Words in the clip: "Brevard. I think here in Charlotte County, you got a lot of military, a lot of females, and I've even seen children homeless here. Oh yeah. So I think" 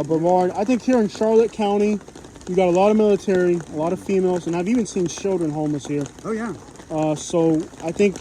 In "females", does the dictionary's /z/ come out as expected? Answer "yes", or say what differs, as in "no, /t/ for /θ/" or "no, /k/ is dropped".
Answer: yes